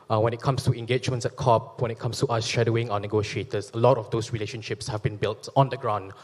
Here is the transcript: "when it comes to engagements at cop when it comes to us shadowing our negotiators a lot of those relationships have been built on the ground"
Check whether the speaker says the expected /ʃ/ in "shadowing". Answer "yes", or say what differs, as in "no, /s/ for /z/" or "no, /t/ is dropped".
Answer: yes